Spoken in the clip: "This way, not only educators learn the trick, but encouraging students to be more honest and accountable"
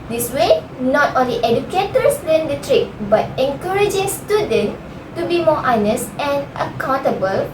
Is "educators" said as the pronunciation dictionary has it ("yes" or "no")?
no